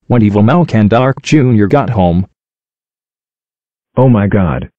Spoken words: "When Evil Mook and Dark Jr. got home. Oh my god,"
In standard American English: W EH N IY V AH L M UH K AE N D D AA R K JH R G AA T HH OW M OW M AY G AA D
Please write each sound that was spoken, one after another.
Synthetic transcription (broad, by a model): W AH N IY V AH L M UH K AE N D D AA R K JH R G AA T HH OW M OW M AY G AA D